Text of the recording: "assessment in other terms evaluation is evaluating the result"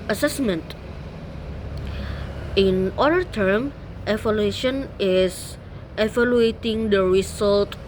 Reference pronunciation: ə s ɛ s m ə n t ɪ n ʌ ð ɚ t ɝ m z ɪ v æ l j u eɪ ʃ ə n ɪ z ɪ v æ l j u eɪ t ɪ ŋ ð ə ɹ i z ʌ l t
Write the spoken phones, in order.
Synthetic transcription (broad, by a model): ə s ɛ s m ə n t ɪ n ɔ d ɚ t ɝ m ɪ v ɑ l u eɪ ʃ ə n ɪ s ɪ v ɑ l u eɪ t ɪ ŋ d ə ɹ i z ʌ l t